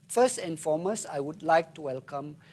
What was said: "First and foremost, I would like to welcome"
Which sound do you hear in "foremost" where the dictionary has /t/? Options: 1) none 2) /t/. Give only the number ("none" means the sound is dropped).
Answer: 1